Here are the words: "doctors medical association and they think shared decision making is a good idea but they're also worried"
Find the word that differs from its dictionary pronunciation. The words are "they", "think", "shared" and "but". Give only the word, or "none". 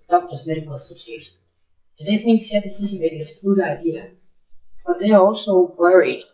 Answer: shared